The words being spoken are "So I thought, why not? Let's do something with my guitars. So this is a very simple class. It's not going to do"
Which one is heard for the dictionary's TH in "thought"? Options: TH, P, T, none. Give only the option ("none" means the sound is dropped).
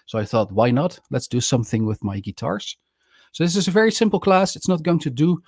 TH